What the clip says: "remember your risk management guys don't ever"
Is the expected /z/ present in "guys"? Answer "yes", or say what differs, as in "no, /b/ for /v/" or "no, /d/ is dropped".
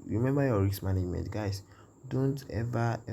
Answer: no, /s/ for /z/